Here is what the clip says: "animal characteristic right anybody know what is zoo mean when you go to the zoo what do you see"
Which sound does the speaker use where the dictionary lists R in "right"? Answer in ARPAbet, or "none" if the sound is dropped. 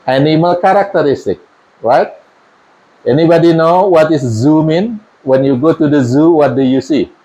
R